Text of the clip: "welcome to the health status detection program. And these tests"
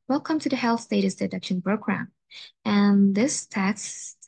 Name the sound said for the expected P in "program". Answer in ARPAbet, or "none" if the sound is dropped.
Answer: B